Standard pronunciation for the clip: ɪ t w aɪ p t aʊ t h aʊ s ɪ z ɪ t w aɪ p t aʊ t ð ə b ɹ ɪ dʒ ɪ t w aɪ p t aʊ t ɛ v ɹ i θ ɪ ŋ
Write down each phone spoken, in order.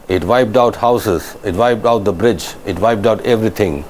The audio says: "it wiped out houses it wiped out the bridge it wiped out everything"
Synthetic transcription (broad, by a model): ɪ t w aɪ p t aʊ t h aʊ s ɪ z ɪ t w aɪ p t aʊ t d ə b ɹ ɪ dʒ ɪ t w aɪ p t aʊ t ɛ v ɹ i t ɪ ŋ